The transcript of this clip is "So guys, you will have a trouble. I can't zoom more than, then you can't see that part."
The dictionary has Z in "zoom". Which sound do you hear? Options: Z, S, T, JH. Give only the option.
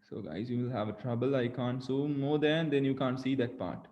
S